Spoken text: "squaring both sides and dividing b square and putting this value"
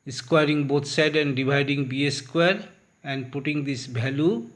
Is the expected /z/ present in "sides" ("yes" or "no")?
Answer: no